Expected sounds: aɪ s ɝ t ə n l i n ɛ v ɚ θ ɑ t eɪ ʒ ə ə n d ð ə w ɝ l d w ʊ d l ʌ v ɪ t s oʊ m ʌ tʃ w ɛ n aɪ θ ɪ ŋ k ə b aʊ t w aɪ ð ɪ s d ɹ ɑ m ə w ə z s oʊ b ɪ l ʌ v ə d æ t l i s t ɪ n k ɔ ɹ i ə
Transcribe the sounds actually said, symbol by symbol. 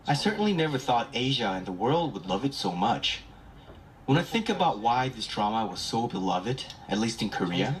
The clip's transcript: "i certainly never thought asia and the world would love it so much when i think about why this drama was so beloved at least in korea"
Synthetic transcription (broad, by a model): aɪ s ɝ t n l i n ɛ v ɚ θ ɑ t eɪ ʒ ə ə n ð ə w ɝ l d w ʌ d l ʌ v ɪ t s oʊ m ʌ tʃ w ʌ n aɪ θ ɪ ŋ k ə b aʊ t w aɪ ð ɪ s d ɹ ɑ m ə w ə z s oʊ b ɪ l ʌ v ə d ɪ t l i s t ɪ n k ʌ ɹ i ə